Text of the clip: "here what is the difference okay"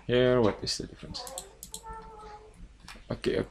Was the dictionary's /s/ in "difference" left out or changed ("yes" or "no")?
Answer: no